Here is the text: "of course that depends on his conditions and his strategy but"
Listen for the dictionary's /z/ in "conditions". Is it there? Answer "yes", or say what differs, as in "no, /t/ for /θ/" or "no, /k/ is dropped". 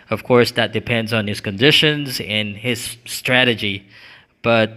yes